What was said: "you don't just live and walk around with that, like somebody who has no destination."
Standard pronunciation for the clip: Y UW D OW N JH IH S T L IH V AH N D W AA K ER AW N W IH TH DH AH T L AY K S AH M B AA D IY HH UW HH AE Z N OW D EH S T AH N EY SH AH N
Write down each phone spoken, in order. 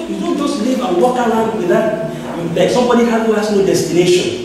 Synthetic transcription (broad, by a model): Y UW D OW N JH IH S L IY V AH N W AA K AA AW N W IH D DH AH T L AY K S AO M B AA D IY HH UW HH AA S N OW D EH S T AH N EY SH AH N